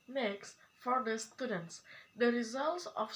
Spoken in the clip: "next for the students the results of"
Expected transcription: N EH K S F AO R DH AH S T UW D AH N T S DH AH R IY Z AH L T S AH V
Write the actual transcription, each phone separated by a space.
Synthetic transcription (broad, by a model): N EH K S F AO R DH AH S T UW D AH N T S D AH R IY Z AH L T S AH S